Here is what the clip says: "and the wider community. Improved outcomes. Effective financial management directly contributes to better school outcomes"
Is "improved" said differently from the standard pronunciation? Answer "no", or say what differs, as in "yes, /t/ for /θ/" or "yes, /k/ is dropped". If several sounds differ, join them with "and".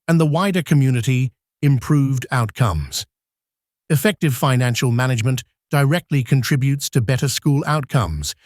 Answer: no